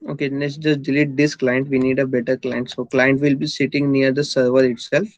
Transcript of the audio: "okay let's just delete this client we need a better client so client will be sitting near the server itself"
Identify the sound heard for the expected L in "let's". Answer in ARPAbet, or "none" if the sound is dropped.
N